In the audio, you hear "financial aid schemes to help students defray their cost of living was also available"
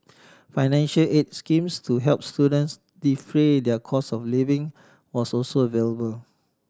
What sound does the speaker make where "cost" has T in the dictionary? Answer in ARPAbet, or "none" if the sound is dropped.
none